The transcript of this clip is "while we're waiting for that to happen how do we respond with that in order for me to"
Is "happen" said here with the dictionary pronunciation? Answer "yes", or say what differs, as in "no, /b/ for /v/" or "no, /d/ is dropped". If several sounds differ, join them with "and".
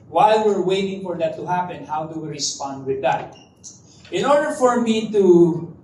yes